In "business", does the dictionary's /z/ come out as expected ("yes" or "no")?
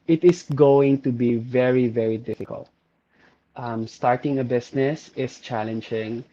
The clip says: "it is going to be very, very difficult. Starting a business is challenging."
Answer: no